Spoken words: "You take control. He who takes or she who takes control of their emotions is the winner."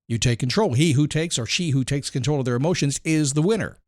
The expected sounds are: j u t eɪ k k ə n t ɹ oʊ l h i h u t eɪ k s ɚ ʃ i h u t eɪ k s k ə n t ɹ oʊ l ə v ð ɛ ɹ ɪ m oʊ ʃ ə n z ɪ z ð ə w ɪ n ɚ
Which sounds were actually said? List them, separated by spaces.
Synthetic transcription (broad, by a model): j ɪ t eɪ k k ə n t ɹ oʊ l h i h u t eɪ k s ɚ ʃ i h u t eɪ k s k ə n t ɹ oʊ l ə v ð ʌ ɹ ɪ m oʊ ʃ ə n z ɪ z ð ə w ɪ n ɚ